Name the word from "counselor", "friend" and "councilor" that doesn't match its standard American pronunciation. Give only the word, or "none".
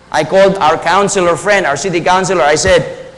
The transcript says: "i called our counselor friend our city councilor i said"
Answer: none